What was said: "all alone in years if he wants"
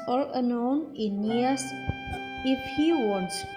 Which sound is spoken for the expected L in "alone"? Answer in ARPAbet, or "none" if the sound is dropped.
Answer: N